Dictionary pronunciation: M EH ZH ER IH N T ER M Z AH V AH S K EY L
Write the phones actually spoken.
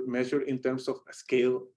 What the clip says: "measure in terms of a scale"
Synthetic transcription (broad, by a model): M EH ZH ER IH N T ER M S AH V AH S K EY L